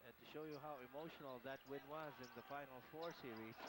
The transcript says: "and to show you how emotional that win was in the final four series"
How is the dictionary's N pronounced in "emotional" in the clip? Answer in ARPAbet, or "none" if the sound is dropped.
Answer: N